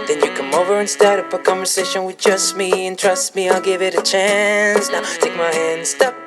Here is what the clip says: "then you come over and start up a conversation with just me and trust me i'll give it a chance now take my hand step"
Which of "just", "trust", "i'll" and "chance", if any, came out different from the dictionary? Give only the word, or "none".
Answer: none